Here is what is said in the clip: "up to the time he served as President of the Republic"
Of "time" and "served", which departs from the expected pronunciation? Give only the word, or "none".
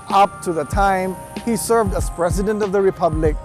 none